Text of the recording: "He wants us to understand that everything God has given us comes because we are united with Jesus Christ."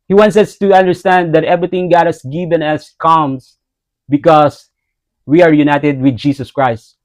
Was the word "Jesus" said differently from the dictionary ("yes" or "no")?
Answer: yes